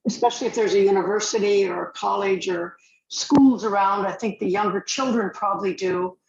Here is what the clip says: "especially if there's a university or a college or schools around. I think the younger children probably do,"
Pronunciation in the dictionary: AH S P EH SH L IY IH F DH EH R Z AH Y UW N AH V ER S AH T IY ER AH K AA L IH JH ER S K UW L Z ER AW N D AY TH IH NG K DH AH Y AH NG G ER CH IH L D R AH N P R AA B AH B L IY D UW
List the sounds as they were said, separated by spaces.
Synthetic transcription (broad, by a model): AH S P EH SH L IY IH F DH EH R Z AH Y UW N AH V ER S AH T IY ER AH K AA L IH JH ER S K UW L Z ER AW N D AY TH IH NG K DH AH Y AH NG G ER CH IH L D R AH N P R AA B AH B L IY D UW